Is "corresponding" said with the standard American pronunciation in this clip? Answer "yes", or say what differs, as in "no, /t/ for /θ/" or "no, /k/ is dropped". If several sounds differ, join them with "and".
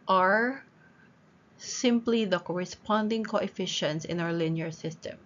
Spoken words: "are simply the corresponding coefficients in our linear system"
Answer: yes